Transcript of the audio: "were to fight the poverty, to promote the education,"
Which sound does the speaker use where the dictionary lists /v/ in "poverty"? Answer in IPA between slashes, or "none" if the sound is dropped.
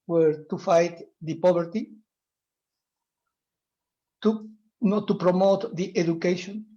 /b/